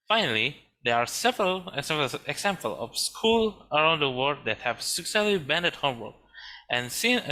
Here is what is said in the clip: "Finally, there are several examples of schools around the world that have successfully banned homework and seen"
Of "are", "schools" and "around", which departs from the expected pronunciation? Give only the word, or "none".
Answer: schools